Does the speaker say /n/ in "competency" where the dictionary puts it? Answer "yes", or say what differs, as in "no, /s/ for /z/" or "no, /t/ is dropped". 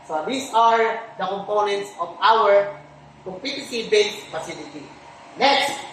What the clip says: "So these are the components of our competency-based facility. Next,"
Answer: no, /n/ is dropped